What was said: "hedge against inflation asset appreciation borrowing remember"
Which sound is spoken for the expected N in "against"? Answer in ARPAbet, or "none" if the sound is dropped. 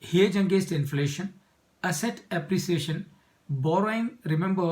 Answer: none